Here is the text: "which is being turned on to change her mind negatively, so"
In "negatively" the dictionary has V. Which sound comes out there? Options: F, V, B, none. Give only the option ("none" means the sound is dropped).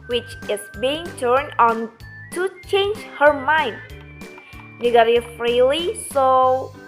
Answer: F